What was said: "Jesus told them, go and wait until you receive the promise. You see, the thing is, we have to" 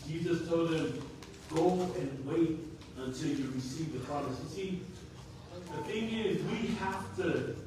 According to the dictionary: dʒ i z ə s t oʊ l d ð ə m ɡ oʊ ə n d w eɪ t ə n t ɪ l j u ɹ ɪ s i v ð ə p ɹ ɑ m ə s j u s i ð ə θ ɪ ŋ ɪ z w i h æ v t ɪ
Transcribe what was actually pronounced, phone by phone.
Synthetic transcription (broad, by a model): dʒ i z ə s t oʊ l d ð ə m ɡ oʊ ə n w eɪ t ə n t ɪ l j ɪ ɹ ɪ s i v ð ə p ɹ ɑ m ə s s i ð ə θ ɪ ŋ ɪ z w i h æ f t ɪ